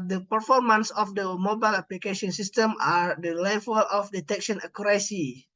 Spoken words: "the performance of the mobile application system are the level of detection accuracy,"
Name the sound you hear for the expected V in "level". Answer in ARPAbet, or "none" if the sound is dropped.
F